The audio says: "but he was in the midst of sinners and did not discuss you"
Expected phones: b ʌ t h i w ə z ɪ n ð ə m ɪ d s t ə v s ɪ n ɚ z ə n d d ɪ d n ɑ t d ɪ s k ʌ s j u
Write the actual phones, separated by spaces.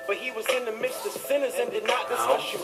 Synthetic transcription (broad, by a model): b ʌ t h i w ə z ɪ n ð ə m ɪ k s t ə v s ɪ n ɚ z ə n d d ɪ d n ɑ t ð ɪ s ʌ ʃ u